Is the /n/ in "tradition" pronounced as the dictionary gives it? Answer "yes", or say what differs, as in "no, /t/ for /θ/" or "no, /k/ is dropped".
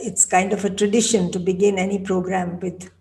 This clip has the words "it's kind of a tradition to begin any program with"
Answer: yes